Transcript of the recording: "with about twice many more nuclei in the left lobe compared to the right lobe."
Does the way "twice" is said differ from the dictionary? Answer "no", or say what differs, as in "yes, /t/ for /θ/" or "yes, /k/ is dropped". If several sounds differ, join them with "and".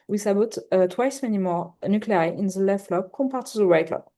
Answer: no